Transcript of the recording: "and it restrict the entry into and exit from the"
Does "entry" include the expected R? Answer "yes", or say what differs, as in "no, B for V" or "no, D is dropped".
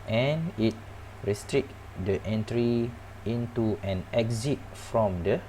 yes